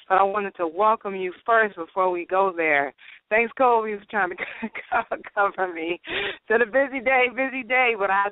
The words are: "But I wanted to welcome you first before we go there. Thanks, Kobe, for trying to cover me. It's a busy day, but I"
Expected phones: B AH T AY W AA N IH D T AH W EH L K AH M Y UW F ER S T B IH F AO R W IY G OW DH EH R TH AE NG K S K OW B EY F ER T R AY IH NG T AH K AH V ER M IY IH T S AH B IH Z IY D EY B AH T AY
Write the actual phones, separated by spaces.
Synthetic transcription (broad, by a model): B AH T AY W AA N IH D T AH W EH L K AH M Y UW F ER S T B IH F AO R W IY G OW DH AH R TH AE NG K S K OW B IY F ER T R AY IH NG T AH K AH V ER M IY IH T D AH B IH Z IY D EY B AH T AY